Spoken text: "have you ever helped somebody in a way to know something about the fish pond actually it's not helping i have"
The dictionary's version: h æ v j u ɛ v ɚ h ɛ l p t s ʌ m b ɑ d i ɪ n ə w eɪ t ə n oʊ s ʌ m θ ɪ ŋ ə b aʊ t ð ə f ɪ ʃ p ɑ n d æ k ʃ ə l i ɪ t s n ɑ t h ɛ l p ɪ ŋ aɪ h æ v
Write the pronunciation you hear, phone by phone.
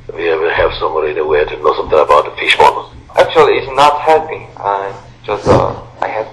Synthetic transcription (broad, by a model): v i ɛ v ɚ h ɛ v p s ʌ m b ɑ d i ɪ n ə w eɪ t ə n oʊ s ʌ m θ ɪ ŋ ə b aʊ t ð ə f ɪ ʃ b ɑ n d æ k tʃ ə l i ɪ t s n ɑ t h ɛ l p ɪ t aɪ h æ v